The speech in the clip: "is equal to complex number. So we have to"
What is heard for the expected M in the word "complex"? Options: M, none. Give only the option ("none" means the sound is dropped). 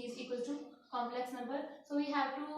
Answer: M